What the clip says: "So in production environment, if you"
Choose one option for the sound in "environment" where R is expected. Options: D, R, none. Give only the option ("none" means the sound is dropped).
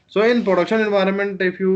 R